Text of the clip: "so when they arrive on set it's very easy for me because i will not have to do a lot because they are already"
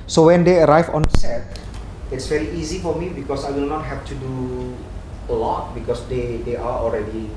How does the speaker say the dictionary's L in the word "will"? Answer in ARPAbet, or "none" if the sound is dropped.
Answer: N